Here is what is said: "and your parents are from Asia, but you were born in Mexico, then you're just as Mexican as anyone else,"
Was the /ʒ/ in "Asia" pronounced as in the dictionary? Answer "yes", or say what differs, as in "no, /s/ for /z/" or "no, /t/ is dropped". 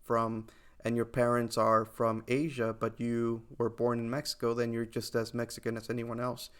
yes